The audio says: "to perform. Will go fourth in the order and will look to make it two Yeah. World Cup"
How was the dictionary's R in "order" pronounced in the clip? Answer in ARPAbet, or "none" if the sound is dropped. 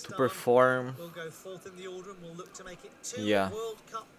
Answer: L